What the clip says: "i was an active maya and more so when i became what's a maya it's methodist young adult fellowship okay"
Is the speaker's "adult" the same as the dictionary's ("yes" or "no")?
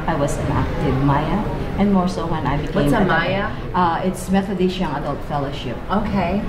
yes